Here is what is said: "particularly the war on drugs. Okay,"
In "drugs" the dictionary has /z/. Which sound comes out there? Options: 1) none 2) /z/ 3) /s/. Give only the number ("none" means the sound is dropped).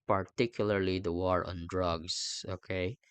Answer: 3